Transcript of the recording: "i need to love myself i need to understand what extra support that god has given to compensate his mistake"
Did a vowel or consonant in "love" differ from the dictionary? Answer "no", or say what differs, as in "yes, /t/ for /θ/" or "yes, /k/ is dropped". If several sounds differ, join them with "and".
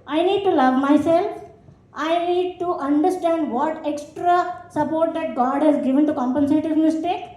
no